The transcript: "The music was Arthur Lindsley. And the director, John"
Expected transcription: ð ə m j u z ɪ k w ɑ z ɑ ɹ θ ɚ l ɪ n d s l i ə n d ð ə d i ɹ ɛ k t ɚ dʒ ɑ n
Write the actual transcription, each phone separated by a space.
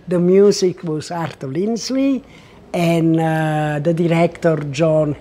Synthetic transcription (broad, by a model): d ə m j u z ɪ k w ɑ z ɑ ɹ t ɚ l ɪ n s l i ə n d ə d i ɹ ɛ k t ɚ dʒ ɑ n